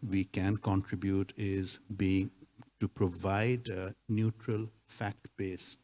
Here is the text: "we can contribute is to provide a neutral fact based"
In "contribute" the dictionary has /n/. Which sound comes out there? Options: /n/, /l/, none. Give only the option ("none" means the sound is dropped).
/n/